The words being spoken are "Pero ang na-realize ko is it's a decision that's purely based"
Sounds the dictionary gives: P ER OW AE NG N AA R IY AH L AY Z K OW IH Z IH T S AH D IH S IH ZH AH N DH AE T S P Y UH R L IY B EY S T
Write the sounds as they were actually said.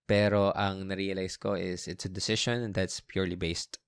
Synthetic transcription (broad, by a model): P ER OW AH NG N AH R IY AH L AY S K OW IH S IH T S AH D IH S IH SH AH N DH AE T S P Y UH R L IY B EY S T